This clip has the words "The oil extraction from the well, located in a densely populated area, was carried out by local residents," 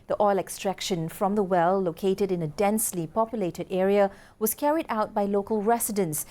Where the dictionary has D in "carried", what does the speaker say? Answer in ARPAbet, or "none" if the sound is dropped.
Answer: D